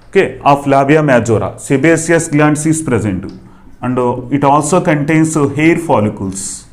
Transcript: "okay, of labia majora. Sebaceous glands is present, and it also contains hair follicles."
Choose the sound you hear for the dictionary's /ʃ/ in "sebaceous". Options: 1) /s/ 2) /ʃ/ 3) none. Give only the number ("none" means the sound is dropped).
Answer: 1